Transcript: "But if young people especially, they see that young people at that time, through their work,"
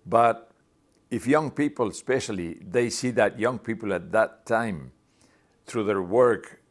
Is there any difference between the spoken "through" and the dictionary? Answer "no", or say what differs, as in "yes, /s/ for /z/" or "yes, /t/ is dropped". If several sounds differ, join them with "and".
no